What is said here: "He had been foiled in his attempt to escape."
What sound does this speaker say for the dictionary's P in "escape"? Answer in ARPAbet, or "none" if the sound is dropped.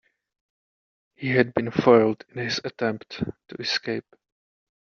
P